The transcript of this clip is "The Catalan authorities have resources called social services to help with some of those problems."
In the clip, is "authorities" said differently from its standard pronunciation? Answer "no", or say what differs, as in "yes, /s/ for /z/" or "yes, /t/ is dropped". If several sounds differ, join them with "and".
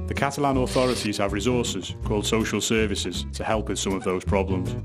no